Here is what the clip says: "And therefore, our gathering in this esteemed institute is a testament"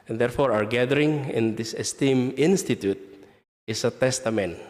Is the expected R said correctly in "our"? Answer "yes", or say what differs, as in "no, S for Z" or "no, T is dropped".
yes